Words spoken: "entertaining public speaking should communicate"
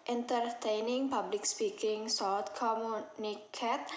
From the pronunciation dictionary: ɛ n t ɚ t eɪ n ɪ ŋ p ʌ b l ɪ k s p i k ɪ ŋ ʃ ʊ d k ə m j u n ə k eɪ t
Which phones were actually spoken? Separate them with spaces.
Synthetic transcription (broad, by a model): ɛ n t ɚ t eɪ n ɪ ŋ p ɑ b l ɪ k s p i k ɪ ŋ s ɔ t k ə m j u n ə k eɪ t